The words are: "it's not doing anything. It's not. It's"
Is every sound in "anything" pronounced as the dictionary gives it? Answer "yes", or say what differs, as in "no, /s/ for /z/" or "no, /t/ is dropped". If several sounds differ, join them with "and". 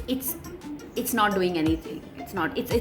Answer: no, /t/ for /θ/